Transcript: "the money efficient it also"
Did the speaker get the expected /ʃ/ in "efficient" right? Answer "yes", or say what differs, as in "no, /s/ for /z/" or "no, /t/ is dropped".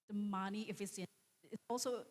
no, /s/ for /ʃ/